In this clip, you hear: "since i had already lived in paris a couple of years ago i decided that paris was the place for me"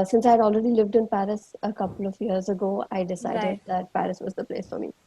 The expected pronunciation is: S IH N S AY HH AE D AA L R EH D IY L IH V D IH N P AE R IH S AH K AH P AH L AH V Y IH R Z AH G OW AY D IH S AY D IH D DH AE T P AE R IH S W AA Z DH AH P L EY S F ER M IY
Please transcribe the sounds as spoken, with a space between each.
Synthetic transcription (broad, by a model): S IH N S AY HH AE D AA L R EH D IY L IH V D IH N P AE R IH S AH K AH P AH L AH V Y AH R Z AH G OW AY D IH S AY D IH D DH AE T P AE R IH S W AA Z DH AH P L EY S F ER M IY